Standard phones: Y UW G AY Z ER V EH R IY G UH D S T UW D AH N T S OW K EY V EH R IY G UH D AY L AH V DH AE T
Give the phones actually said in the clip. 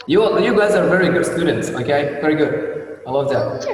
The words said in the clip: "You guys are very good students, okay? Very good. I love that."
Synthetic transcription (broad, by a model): Y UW G AY Z ER V EH R IY G UH D S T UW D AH N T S OW K EY V EH R IY G UH D AY L AH V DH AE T